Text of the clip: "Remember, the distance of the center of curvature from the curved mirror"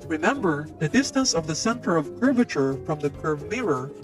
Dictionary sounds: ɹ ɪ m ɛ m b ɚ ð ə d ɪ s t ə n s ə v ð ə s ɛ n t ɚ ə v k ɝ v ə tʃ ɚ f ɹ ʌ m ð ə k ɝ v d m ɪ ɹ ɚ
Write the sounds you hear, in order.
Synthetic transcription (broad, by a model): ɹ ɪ m ɛ m b ɚ ð ə d ɪ s t ə n s ə v ð ə s ɛ n t ɚ ə v k ɝ v ə tʃ ɚ f ɹ ʌ m ð ə k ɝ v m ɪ ɹ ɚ